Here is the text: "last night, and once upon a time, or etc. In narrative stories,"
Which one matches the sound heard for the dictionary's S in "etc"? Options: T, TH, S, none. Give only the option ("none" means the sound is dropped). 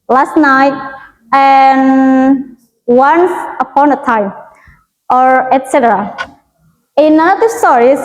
S